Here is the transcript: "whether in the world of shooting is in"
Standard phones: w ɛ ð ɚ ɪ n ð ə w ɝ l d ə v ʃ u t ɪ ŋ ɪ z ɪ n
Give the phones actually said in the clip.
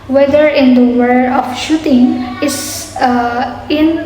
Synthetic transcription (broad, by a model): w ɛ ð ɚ ɪ n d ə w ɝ d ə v ʃ u t ɪ ŋ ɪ s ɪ n